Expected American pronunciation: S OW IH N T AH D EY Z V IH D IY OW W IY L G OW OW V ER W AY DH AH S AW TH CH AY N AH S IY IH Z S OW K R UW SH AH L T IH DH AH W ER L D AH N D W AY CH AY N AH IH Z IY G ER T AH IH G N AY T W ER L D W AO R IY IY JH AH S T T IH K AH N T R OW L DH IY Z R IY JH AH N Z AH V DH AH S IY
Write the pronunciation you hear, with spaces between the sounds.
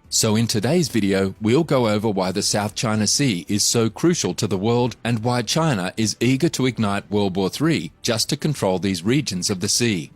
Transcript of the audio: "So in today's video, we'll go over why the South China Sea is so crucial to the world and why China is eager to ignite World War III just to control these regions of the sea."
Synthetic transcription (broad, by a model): S OW IH N T AH D EY Z V IH D IY OW W IY L G OW OW V ER W AY DH AH S AW TH CH AY N AH S IY IH Z S OW K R UW SH L T IH DH AH W ER L D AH N W AY CH AY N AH IH Z IY G ER T AH IH G N AY T W ER L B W AO R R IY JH AH S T T IH K AH N T R OW L DH IY Z R IY JH AH N Z AH V DH AH S IY